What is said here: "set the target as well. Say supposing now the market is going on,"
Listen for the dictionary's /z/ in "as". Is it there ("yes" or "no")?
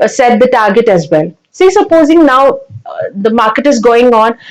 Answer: yes